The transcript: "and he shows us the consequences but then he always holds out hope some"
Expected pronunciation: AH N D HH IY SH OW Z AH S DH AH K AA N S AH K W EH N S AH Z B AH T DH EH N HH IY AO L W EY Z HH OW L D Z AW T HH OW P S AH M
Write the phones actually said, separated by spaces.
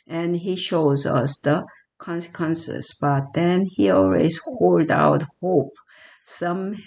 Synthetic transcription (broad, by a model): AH N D HH IY SH OW Z AH S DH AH K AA N S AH K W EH N S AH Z B AH T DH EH N HH IY AO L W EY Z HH OW L D AW T HH OW P S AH M